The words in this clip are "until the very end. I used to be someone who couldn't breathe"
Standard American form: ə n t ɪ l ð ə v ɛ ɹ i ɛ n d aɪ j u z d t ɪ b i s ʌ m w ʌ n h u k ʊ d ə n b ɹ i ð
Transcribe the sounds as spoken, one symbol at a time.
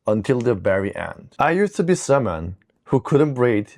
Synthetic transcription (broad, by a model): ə n t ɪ l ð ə b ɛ ɹ i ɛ n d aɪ j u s t ɪ b i s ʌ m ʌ n h u k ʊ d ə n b ɹ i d